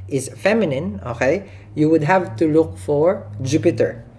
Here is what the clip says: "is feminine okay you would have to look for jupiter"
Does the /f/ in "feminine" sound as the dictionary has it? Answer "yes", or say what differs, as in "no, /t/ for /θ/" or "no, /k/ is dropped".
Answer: yes